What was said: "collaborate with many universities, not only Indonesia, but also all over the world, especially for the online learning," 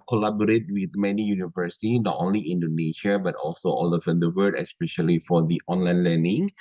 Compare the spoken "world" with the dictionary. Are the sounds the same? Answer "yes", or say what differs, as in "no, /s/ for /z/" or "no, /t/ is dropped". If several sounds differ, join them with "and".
no, /l/ is dropped